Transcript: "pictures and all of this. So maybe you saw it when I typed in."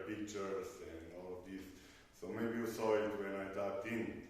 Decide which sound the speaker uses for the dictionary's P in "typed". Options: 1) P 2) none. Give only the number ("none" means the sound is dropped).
2